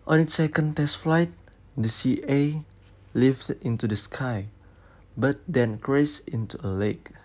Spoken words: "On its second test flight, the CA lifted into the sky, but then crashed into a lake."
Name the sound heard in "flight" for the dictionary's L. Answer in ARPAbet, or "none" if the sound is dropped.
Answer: L